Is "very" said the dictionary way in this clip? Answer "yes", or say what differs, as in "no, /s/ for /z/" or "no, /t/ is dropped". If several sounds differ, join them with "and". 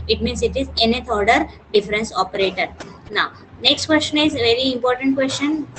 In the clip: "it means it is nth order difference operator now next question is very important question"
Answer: yes